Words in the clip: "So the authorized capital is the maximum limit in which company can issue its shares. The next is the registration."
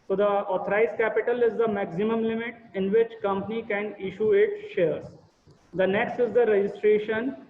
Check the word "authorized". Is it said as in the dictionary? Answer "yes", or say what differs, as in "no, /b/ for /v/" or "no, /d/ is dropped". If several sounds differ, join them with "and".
no, /t/ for /θ/